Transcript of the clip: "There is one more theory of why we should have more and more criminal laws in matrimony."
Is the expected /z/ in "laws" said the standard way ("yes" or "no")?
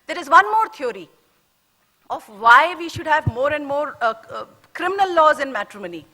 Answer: yes